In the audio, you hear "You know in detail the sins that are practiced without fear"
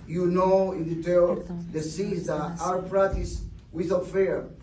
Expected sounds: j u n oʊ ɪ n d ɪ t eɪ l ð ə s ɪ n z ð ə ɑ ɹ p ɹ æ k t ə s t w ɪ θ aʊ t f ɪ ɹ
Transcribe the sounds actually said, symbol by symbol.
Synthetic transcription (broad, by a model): j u n oʊ ɪ n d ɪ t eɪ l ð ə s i z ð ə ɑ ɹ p ɹ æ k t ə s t w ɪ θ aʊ f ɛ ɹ